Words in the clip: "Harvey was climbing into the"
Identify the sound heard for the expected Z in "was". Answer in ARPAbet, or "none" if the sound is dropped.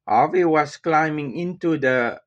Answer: S